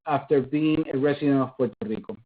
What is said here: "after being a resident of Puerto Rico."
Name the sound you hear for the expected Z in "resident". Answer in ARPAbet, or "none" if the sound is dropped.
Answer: S